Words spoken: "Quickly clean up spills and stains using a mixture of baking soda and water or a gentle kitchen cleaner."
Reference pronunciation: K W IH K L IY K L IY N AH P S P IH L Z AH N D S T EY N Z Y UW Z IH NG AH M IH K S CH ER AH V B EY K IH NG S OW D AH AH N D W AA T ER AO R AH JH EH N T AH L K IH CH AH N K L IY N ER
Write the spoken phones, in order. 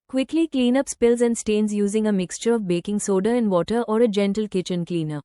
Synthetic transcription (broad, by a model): K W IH K L IY K L IY N AH P S P IH L Z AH N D S T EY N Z Y UW Z IH NG AH M IH K S CH ER AH V B EY K IH NG S OW D AH AH N D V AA T ER AO R AH JH EH N T AH L K IH CH AH N K L IY N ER